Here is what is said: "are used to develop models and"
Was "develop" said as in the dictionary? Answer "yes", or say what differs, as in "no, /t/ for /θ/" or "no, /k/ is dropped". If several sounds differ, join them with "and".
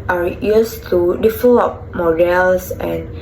no, /f/ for /v/